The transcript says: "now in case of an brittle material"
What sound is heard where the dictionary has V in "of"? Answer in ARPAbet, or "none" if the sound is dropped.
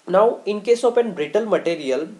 P